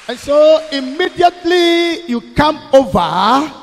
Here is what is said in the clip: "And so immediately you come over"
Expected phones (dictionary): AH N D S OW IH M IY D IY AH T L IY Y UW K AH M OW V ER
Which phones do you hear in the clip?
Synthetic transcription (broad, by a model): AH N S OW IH M IY D IY AH T L IY Y UW K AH M OW V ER